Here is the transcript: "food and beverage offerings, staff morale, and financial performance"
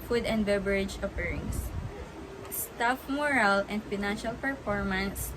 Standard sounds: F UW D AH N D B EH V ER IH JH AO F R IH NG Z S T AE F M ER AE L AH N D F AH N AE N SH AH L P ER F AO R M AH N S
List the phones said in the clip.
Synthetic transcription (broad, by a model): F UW D AH N D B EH B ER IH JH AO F R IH NG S S T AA F M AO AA L AH N D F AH N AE N SH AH L P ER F AO R M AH N S